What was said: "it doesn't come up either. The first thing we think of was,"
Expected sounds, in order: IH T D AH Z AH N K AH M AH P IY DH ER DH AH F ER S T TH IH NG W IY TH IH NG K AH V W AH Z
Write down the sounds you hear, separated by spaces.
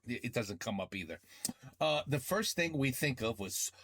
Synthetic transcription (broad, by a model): IH T D AH Z AH N K AH M AH P IY DH ER DH AH F ER S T TH IH NG W IY TH IH NG K AH V W AH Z